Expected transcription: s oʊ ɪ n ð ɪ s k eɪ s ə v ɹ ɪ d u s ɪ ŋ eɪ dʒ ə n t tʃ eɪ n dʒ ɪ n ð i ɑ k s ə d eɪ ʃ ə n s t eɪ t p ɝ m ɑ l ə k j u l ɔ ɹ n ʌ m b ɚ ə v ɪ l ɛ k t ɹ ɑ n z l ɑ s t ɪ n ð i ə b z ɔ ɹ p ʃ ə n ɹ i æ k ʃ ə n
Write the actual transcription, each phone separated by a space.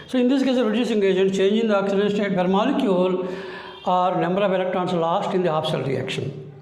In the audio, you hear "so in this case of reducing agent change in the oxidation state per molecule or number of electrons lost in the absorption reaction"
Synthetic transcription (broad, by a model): s oʊ ɪ n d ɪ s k eɪ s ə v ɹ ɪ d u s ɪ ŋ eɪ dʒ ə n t tʃ eɪ n dʒ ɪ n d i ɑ k s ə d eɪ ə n s t eɪ t b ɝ m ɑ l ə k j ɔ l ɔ ɹ n ʌ m b ɚ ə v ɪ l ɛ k t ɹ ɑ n s l ɑ s t ɪ n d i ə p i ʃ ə l ɹ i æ k ʃ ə n